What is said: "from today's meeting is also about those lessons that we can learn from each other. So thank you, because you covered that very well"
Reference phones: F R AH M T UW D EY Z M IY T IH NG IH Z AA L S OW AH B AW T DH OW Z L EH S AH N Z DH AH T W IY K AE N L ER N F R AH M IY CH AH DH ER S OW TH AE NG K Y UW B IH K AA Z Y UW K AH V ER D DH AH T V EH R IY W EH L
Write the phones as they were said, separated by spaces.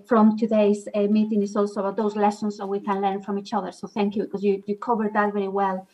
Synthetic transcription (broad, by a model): F R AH M T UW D EY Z M IY T IH NG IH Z AA L S OW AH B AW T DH OW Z L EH S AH N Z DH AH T W IY K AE N L ER N F R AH M IY CH AH DH ER S OW TH AE NG K Y UW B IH K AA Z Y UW K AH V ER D DH AH T V EH R IY W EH L